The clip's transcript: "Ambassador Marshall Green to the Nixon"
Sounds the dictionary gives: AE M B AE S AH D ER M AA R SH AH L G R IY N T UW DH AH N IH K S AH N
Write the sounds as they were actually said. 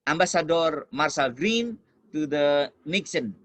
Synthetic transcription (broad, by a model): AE M B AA S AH D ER M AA R S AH L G R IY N T UW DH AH N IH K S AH N